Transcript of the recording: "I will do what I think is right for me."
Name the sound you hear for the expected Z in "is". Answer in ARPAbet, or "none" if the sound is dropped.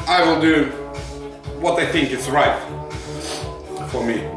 S